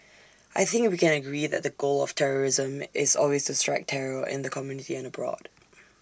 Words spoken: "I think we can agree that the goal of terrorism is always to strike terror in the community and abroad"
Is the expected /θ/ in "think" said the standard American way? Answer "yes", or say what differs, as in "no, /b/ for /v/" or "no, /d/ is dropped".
yes